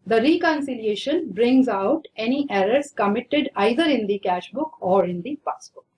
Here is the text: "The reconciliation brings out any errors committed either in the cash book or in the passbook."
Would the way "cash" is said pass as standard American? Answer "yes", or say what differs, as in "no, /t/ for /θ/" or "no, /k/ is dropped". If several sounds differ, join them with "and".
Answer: yes